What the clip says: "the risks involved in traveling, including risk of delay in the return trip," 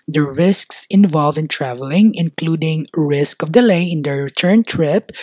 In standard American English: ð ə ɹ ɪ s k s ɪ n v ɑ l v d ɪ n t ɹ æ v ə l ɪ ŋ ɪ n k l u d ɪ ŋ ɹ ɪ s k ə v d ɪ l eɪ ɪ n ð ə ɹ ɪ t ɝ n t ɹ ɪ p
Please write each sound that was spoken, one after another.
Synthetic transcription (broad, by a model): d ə ɹ ɪ s k s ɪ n v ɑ l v ɪ n t ɹ æ v ə l ɪ ŋ ɪ n k l u d ɪ ŋ ɹ ɪ s k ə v d ɪ l eɪ ɪ n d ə ɹ ɪ t ɝ n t ɹ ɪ p